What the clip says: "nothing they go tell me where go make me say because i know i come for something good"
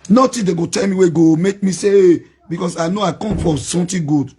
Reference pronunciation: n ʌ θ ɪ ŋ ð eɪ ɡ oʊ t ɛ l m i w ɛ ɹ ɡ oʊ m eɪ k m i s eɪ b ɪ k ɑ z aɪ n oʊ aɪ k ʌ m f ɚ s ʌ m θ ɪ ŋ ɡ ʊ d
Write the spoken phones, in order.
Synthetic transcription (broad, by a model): n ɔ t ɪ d eɪ ɡ oʊ t ɛ l m i w ɛ ɡ oʊ m eɪ k m i s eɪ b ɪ k ɑ s aɪ n oʊ aɪ k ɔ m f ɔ s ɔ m t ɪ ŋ ɡ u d